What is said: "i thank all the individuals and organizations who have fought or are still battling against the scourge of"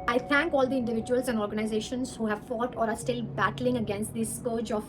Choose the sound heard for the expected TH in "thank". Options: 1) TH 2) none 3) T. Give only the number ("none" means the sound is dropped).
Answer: 3